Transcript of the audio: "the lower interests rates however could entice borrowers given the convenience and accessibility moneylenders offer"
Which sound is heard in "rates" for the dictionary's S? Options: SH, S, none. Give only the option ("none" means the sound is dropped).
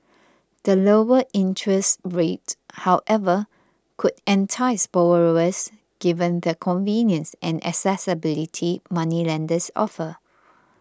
none